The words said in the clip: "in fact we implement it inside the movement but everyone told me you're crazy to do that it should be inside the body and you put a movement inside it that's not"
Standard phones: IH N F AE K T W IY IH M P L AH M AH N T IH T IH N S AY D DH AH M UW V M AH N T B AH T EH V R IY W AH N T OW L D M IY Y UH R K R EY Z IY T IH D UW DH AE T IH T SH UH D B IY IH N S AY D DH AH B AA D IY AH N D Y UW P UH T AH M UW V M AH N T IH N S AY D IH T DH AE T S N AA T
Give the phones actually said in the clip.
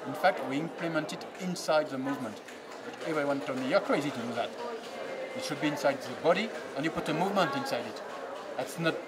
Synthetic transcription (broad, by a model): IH N F AE K T W IY IH M P L AH M AH N T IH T IH N S AY D DH AH M UW V M AH N T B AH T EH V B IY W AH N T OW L M IY Y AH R K R EY Z IY T IH D UW DH AE T IH T SH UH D B IY IH N S AY D DH AH B AA D IY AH N Y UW P UH T AH M UW V M AH N T IH N S AY D IH T DH AE T S N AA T